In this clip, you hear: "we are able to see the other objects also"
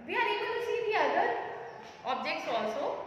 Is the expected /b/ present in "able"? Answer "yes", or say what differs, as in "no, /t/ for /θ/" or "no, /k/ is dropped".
no, /b/ is dropped